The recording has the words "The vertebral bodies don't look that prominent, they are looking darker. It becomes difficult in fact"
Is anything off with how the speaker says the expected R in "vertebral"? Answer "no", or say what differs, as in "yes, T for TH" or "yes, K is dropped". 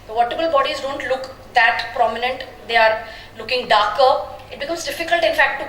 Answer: yes, R is dropped